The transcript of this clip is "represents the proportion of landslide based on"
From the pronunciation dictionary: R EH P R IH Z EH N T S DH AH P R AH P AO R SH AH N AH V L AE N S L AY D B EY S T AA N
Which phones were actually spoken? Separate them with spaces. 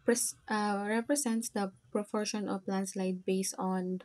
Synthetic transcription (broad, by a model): R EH P R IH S EH N T S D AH P R AH P AO R SH AH N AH P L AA N S L AY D B EY S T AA N